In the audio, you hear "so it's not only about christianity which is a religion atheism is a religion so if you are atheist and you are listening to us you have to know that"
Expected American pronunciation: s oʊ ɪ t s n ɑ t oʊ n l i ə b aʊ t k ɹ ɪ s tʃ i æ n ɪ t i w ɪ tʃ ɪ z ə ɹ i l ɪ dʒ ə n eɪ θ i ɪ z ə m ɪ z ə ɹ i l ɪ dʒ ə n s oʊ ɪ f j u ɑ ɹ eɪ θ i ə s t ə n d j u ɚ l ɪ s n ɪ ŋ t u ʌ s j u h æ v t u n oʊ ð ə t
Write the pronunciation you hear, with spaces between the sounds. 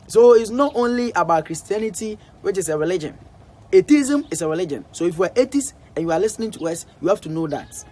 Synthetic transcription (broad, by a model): s oʊ ɪ t s n ɑ t oʊ n l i ə b aʊ t k ɹ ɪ s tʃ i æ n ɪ t i w ɪ tʃ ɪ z ə ɹ i l ɪ dʒ ə n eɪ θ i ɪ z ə m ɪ s ə ɹ i l ɪ dʒ ə n s oʊ ɪ f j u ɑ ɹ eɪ t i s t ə n j u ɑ l ɪ s n ɪ ŋ t u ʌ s j u h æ f t u n oʊ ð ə t